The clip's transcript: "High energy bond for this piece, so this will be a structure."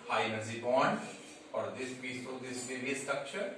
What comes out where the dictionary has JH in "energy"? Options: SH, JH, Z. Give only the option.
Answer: Z